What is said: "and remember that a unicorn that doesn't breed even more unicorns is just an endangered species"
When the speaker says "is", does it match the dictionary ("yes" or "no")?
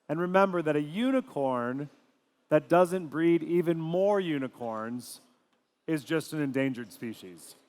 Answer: yes